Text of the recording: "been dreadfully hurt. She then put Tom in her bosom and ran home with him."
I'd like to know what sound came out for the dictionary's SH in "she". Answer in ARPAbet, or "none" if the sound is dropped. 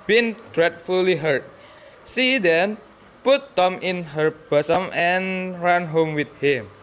S